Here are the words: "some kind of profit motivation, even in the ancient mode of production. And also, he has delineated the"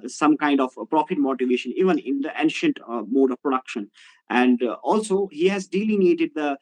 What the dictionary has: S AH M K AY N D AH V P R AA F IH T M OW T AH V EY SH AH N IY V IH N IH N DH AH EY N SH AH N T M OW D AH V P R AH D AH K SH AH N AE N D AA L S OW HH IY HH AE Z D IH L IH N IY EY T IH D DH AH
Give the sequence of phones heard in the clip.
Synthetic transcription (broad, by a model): S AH M K AY N D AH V P R AA F IH T M OW T AH V EY SH AH N IY V IH N IH N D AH EY N SH AH N T M OW D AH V P R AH D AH K SH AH N AE N D AA L S OW HH IY HH AE Z D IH L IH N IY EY T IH D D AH